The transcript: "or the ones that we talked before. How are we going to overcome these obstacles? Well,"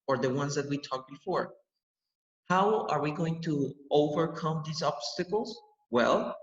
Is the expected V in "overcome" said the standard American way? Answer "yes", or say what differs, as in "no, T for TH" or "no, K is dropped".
yes